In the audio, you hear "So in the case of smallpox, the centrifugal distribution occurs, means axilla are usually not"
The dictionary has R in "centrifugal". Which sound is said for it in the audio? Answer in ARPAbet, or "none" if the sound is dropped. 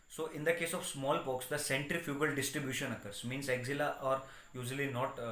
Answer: R